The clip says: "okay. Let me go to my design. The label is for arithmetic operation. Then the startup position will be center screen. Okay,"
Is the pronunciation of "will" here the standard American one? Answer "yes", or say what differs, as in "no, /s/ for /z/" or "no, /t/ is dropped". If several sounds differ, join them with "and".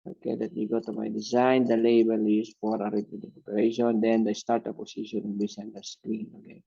no, /n/ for /l/